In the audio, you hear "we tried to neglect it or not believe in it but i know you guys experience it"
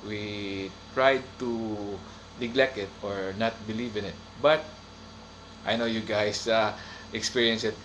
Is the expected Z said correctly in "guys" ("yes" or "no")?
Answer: no